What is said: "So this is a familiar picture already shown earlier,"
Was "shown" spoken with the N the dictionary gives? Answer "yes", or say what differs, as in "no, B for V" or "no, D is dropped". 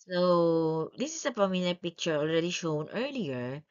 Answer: yes